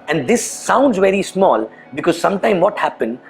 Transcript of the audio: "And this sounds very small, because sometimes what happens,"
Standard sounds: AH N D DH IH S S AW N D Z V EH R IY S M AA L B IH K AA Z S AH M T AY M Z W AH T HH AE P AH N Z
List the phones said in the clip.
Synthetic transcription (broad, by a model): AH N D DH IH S S AW N D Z V EH R IY S M AA L B IH K AA Z S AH M T AY M W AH T HH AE P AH N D